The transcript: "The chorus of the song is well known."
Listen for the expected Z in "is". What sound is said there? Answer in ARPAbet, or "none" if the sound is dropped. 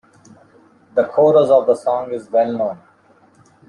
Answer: Z